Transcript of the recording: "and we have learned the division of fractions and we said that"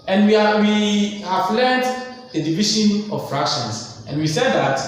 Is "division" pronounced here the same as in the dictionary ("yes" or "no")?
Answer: no